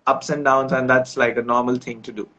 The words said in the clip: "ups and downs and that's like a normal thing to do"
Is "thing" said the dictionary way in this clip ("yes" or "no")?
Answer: no